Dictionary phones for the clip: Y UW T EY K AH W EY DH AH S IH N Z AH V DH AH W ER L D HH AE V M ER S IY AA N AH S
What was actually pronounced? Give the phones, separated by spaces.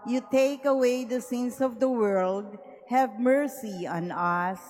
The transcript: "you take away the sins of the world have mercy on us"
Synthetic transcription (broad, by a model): Y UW T EY K AH W EY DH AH S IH N S AH V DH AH W ER L D HH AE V M ER S IY AA N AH S